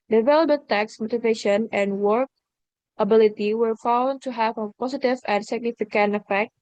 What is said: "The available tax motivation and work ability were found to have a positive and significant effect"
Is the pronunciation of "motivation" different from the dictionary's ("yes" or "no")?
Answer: no